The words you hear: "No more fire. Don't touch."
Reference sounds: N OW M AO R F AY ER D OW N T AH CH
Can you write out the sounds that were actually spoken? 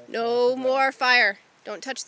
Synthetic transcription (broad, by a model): N OW M AO R F AY ER D OW N T AH CH